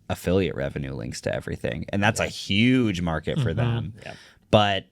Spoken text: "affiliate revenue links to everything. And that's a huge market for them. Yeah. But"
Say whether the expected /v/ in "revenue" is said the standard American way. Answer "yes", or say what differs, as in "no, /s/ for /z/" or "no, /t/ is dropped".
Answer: yes